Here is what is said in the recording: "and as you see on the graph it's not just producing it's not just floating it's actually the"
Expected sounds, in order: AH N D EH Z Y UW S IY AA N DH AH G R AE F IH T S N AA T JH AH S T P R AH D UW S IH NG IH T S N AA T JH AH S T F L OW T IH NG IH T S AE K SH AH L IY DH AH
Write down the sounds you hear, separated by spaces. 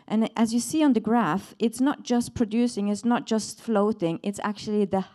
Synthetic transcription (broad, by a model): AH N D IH Z Y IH S IY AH N DH AH G R AE F IH T S N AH T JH AH S P R AH D UW S IH NG IH T S N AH T JH AH S T F L OW T IH NG IH T S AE K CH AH L IY DH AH